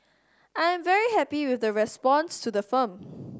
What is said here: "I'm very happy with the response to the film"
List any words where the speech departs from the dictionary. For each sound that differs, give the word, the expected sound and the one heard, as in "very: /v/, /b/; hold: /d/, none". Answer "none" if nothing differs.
film: /l/, none